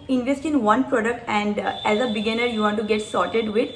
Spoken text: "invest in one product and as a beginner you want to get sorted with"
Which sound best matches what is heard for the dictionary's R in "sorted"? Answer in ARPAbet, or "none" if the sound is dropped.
R